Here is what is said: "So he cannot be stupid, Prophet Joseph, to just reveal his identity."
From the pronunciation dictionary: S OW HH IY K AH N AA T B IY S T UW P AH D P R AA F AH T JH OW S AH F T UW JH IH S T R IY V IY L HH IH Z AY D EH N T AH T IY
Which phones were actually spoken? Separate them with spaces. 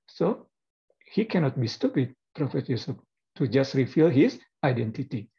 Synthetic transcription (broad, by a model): S OW HH IY K AH N AA T B IY S T UW P AH D P R AA F AH T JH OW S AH P T UW JH IH S T R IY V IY L HH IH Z AY D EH N T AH T IY